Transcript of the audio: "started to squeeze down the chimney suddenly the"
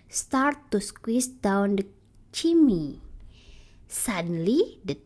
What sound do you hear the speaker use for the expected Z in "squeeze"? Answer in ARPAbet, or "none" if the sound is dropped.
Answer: S